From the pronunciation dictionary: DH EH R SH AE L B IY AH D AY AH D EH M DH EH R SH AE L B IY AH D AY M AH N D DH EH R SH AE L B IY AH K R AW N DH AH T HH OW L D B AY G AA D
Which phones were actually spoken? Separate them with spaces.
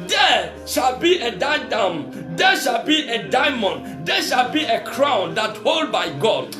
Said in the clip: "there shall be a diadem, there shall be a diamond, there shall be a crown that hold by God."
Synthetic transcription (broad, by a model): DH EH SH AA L B IY AH D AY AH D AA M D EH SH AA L B IY AH D AY M AH N D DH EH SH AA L B IY AH K R AW N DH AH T HH OW L D B AY G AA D